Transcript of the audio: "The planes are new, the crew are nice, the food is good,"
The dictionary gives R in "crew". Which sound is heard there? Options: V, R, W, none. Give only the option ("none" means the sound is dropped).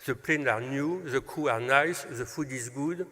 none